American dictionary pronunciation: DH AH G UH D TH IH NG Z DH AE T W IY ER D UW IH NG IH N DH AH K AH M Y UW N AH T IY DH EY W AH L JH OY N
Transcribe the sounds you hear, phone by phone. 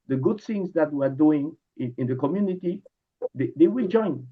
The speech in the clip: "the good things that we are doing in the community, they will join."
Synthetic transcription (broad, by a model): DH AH G UH D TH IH NG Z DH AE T W IY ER D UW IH NG IH N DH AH K AH M Y UW N AH T IY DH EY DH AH W JH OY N